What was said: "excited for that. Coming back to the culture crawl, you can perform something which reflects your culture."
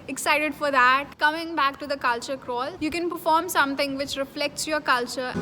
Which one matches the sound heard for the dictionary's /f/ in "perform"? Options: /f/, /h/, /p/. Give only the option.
/f/